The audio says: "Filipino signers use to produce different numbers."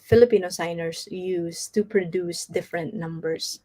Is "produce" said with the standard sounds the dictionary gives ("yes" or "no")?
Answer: yes